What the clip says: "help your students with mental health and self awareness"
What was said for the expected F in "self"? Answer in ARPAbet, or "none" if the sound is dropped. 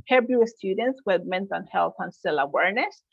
none